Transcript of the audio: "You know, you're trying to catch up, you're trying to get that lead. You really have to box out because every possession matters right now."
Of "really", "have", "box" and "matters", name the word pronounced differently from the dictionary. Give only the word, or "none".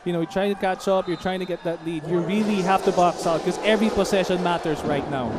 have